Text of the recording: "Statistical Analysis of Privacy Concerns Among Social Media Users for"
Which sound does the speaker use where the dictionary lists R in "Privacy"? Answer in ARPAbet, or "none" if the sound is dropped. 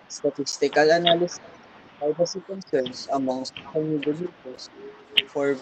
none